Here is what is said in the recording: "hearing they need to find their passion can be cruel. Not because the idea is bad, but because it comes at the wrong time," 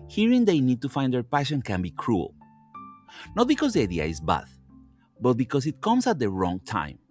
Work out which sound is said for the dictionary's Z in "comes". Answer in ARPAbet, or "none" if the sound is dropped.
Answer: S